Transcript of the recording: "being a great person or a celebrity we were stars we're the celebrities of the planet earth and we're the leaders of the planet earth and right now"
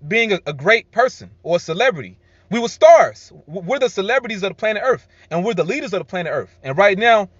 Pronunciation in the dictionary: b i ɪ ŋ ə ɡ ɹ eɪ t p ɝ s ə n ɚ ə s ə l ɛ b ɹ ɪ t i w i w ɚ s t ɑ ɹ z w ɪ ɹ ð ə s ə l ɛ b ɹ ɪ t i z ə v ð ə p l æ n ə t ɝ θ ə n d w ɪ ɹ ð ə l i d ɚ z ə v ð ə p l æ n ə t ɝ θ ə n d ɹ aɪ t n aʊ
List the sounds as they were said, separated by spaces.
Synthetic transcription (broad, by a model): b i ɪ ŋ ə ɡ ɹ eɪ t p ɝ s ə n ɚ ə s ə l ɛ b ɹ ɪ t i w i w ɚ s t ɑ ɹ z w ɪ ɹ ð ə s ə l ɛ b ɹ ɪ t i z ə v ð ə p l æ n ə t ɝ θ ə n w ɪ ɹ ð ə l i d ɚ z ə v ð ə p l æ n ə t ɝ θ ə n ɹ aɪ t n aʊ